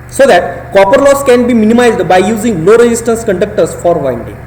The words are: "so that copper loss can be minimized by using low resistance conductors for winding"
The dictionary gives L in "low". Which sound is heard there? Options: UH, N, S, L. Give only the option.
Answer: N